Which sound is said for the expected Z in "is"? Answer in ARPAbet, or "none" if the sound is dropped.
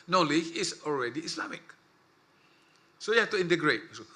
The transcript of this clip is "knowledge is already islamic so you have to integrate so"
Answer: S